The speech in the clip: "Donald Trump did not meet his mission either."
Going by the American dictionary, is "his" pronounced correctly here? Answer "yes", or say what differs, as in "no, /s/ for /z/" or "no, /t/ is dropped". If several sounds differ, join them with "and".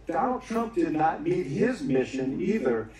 yes